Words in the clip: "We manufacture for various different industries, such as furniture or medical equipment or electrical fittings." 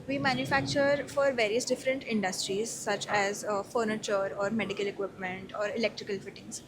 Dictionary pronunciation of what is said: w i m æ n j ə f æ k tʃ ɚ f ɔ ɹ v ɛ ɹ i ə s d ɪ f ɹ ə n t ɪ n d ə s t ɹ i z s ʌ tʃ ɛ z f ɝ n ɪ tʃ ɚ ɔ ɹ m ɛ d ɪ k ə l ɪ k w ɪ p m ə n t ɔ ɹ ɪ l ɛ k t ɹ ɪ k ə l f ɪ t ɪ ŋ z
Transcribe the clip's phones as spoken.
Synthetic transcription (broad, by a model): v i m æ n j ə f æ k tʃ ɚ f ɔ ɹ v ɛ ɹ i ə s d ɪ f ɹ ə n t ɪ n d ə s t ɹ i z s ʌ tʃ ɛ z f ɝ n ɪ tʃ ɚ ɔ ɹ m ɛ d ɪ k ə l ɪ k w ɪ p m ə n t ɔ ɹ ɪ l ɛ k t ɹ ɪ k ə l f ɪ t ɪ ŋ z